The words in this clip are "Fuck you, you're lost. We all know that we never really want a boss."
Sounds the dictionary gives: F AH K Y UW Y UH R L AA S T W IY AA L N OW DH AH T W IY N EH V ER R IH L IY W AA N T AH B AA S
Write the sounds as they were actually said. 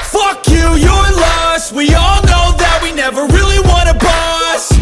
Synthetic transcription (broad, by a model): F AH K Y UW Y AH R L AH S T W IY AA L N OW DH AH T W IY N EH V ER R IH L IY W AA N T AH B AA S